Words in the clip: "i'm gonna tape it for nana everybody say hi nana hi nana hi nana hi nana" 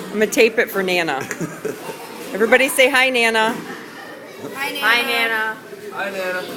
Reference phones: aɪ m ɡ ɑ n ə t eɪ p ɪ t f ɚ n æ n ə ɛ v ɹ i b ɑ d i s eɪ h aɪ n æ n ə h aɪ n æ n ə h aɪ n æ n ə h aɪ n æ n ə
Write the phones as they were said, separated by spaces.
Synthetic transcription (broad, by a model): aɪ m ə t eɪ p ɪ t f ɚ n æ n ə ɛ v ɹ i b ɑ d i s eɪ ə h aɪ n æ n ə h aɪ n æ n ə h aɪ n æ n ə